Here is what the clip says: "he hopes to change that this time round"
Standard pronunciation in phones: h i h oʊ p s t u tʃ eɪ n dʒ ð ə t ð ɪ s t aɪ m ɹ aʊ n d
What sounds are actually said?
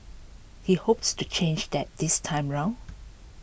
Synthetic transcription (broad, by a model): h i h oʊ p s t u tʃ eɪ n dʒ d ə t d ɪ s t aɪ m ɹ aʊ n